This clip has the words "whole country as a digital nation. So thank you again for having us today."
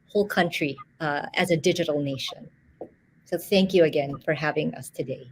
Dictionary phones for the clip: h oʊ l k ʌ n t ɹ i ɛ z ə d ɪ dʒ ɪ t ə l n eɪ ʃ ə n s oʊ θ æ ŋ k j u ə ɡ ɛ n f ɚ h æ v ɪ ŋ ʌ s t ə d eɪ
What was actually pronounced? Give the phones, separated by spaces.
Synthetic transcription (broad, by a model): h oʊ l k ʌ n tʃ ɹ i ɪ z ə d ɪ dʒ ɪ t l n eɪ ʃ ə n s oʊ θ æ ŋ k j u ə ɡ ɛ n f ɚ h æ v ɪ ŋ ʌ s t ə d eɪ